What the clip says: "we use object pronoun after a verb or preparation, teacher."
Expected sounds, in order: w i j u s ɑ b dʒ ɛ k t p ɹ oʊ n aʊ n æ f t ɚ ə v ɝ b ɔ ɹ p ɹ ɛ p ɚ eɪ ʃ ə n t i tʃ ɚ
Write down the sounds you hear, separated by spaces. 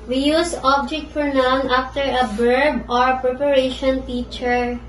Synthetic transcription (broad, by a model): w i j u s ɑ b dʒ ɛ k t f ɹ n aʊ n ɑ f t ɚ ə b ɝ b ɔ ɹ p ɹ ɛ p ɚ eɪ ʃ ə n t i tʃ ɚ